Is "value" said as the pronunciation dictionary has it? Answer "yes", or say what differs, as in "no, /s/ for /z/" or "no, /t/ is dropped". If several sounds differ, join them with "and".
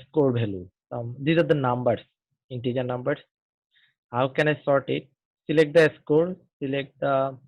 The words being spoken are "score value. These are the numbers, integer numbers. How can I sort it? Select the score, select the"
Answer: no, /b/ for /v/